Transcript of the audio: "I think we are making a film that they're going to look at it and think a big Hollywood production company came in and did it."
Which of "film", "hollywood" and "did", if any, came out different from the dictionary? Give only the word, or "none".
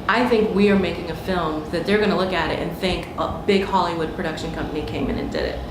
none